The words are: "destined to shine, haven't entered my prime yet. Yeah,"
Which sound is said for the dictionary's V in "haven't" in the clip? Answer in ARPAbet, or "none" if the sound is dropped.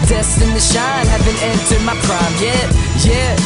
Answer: B